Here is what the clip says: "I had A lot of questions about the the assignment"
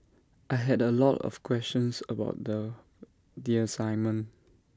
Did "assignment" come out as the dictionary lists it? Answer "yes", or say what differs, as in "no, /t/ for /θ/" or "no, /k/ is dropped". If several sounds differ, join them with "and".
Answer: no, /t/ is dropped